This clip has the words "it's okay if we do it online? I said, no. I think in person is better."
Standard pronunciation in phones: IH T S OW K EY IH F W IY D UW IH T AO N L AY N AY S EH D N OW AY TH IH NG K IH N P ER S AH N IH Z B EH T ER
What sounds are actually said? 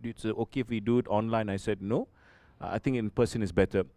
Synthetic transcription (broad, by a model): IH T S OW K EY IH F W IY D UW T AO N L AY N AY S EH D N OW AY T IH NG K IH N P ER S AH N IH S B EH T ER